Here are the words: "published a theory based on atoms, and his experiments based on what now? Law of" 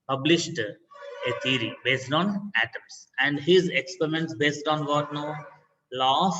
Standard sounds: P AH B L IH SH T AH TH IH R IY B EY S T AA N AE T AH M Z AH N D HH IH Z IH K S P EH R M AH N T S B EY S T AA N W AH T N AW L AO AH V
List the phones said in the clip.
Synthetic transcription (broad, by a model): P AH B L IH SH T AH T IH R IY B EY S T AA N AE T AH M S AH N D HH IH Z IH K S P EH R M AH N T S B EY S T AA N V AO T N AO L AO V